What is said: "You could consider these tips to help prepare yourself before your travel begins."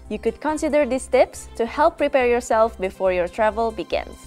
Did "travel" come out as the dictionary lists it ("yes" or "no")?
yes